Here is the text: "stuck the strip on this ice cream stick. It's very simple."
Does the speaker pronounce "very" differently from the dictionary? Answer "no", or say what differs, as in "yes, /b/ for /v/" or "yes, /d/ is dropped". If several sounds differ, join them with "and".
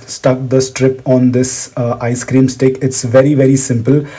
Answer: no